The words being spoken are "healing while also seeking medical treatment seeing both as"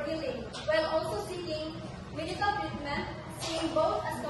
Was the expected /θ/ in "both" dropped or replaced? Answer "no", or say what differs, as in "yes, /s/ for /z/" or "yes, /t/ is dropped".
yes, /t/ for /θ/